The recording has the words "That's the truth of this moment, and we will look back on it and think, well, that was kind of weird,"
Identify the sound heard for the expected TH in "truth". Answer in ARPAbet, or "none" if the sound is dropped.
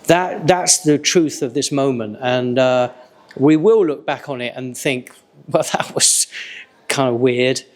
TH